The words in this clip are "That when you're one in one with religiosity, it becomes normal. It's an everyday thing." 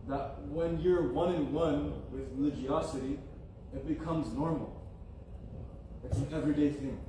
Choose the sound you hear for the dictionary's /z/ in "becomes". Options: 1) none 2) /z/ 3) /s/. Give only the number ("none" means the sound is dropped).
2